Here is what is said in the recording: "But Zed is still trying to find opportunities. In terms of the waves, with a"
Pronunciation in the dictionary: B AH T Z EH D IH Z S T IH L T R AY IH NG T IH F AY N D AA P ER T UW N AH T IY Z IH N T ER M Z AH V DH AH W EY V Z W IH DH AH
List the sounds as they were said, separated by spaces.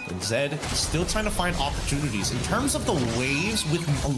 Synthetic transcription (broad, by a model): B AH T Z EH D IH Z S T IH L T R AY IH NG T IH F AY N D AA P ER T UW N AH T IY Z IH N T ER M Z AH V DH AH W EY V Z W IH DH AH